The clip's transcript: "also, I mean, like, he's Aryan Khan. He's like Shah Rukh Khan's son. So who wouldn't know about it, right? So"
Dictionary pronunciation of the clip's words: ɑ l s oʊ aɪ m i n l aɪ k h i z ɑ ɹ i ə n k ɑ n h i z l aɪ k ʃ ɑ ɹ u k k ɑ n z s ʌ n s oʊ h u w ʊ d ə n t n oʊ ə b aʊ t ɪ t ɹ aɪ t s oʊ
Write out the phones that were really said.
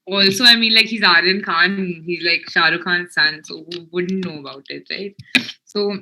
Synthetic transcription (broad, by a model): ɑ l s oʊ aɪ m i n l aɪ k h i z ɑ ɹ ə n k ɑ n h i z l aɪ k ʃ ɑ ɹ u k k ɑ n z s ʌ n s oʊ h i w ʊ d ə n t n oʊ ə b aʊ t ɪ t ɹ aɪ t s oʊ